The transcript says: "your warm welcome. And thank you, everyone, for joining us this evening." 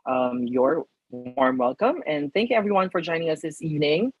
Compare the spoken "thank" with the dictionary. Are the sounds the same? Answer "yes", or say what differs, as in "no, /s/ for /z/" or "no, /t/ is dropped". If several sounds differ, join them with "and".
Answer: yes